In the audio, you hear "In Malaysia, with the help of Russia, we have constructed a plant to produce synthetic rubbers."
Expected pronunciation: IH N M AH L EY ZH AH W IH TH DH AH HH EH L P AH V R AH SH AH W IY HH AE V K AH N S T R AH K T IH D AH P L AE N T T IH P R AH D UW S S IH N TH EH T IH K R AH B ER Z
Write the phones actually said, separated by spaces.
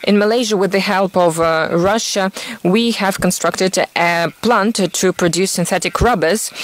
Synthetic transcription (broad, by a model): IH N M AH L EY ZH AH W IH DH AH HH EH L P AH V R AH SH AH W IY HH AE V K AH N S T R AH K T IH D AH P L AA N T T IH P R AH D UW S S IH N TH EH T IH K R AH B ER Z